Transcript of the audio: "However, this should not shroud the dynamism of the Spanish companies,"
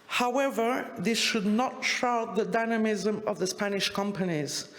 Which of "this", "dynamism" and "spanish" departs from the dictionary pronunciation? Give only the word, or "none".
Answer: none